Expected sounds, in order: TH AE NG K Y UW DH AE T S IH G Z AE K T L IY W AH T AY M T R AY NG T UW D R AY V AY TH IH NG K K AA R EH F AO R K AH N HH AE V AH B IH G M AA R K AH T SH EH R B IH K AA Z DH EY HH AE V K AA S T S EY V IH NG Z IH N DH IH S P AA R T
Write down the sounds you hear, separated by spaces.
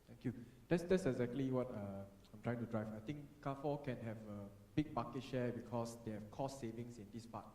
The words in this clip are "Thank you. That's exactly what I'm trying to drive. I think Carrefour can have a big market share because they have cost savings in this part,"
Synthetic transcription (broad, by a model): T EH NG K Y UW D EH T S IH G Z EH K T L IY W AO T AY M T R AY NG T UW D R AY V AY T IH NG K K AA F AO K AH N HH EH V AH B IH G M AA K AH T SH EH B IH K AA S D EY HH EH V K AA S S EY V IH NG S IH N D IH S P AA T